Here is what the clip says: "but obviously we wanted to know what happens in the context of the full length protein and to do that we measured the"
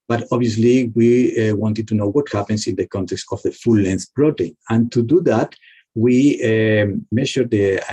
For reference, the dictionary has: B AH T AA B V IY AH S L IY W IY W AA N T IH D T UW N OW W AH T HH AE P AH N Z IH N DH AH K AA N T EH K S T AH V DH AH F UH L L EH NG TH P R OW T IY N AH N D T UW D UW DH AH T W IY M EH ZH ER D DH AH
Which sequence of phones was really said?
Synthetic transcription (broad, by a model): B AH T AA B IY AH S L IY W IY W AA N T IH D T UW N OW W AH T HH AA P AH N S IH N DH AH K AA N T EH K S T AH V DH AH F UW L L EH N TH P R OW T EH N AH N T UW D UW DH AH T W IY M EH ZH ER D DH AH